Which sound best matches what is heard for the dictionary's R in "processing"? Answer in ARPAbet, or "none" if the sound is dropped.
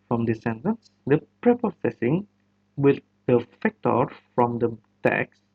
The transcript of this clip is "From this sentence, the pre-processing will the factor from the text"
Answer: none